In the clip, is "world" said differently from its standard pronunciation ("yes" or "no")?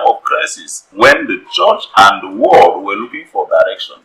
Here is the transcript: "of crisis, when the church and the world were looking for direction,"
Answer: yes